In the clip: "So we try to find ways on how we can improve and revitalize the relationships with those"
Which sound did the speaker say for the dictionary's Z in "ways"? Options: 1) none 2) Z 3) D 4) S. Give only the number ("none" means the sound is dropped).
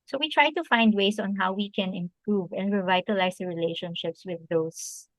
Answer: 4